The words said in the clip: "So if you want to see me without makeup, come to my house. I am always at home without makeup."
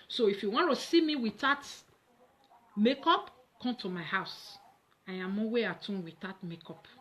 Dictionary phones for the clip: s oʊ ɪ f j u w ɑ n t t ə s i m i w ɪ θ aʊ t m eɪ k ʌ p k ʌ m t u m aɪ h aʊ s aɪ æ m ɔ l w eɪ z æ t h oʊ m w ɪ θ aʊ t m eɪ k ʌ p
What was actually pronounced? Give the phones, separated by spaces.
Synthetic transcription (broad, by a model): s oʊ ɪ f j u w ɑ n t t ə s i m i w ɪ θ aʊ t m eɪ k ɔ p k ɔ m t u m aɪ h aʊ s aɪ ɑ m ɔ w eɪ ɑ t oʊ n w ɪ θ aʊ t m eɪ k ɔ p